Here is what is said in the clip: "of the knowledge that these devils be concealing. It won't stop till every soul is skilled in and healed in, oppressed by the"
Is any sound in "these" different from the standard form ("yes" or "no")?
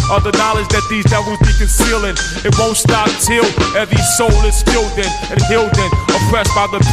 no